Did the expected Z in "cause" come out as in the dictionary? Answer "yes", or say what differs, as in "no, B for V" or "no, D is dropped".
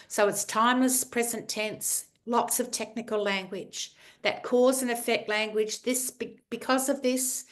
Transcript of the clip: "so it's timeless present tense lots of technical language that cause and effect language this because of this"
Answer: yes